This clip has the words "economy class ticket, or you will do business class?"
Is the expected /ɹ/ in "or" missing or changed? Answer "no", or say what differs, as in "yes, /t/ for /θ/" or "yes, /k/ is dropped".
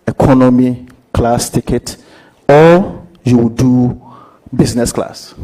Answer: yes, /l/ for /ɹ/